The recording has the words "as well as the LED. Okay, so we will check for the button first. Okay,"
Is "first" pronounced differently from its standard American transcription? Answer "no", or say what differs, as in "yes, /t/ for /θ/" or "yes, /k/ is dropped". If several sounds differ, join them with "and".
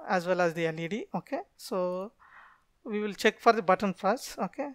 yes, /t/ is dropped